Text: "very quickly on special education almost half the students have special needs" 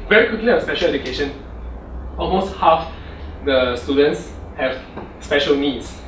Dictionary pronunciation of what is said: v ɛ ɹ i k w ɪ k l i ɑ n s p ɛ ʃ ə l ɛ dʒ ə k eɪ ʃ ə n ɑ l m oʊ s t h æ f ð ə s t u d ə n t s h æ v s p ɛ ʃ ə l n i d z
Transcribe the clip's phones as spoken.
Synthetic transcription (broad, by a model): v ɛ ɹ i k w ɪ k l i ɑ s p ɛ ʃ ə l ɛ dʒ ə k eɪ ʃ ə n ɑ l m oʊ s t h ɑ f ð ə s t u d ə n t s h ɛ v s p ɛ ʃ ə l n i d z